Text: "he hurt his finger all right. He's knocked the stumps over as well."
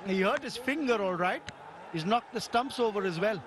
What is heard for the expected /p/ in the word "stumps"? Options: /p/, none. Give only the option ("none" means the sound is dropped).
/p/